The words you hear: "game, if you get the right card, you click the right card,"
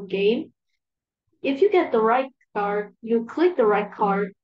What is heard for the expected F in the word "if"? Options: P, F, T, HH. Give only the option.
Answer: F